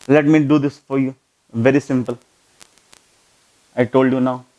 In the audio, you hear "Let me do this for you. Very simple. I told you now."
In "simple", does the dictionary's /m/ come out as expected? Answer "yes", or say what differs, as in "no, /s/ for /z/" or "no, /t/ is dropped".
yes